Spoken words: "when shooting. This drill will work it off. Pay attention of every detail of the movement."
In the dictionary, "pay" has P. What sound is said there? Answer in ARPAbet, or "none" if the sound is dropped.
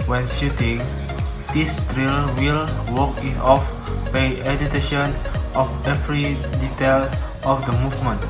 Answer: B